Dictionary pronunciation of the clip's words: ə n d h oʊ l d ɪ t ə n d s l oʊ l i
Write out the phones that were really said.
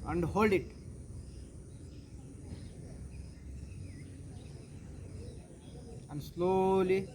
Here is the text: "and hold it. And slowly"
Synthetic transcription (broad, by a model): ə n d h oʊ l d ɪ t ə n d s l oʊ l i